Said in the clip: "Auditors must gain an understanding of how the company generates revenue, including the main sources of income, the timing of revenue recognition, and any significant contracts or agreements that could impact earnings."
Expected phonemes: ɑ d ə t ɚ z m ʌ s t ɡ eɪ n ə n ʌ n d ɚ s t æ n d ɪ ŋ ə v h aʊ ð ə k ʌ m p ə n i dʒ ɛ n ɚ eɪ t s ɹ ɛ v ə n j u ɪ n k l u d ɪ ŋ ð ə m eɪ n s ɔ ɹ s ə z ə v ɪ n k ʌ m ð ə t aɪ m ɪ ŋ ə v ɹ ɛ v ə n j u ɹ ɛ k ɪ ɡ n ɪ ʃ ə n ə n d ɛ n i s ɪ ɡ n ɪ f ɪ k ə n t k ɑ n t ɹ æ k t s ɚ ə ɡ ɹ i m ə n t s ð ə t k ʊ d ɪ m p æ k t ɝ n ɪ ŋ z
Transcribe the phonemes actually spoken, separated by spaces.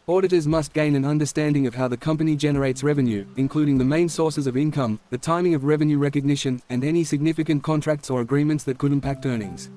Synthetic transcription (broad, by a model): ɑ d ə t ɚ z m ʌ s t ɡ eɪ n ə n ʌ n d ɚ s t æ n d ɪ ŋ ə v h aʊ ð ə k ʌ m p ə n i dʒ ɛ n ɚ eɪ t s ɹ ɛ v ə n j u ɪ n k l u d ɪ ŋ ð ə m eɪ n s ɔ ɹ s ə z ə v ɪ n k ʌ m ð ə t aɪ m ɪ ŋ ə v ɹ ɛ v ə n j u ɹ ɛ k ɪ ɡ n ɪ ʃ ə n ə n ɛ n i s ɪ ɡ n ɪ f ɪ k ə n k ɑ n t ɹ æ k t s ɚ ə ɡ ɹ i m ə n t s ð ə t k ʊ d ɪ m p æ k t ɝ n ɪ ŋ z